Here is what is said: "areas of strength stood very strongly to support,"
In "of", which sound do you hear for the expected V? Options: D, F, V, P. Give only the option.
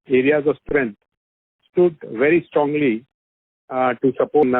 V